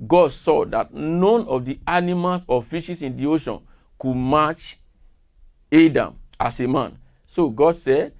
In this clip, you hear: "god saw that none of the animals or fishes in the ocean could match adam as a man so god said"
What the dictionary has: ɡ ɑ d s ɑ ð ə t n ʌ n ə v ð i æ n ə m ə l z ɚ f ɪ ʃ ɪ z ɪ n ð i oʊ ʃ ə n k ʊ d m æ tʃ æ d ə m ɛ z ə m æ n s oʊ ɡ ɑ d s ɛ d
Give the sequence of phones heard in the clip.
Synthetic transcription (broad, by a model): ɡ ɑ d s ɑ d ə t n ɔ n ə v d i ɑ n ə m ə l s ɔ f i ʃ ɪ s ɪ n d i oʊ ʃ ə n k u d m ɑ tʃ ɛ d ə m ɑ s ə m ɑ n s oʊ ɡ ɑ d s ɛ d